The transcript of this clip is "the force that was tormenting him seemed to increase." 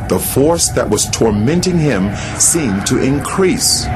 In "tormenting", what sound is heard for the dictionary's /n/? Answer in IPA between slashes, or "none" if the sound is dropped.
/n/